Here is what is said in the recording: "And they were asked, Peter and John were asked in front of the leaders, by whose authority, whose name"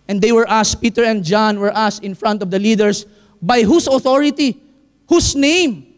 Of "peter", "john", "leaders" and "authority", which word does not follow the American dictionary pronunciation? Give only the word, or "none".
leaders